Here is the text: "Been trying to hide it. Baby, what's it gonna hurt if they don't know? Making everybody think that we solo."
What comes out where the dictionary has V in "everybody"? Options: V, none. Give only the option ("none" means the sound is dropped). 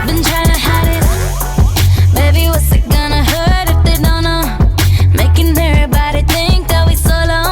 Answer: none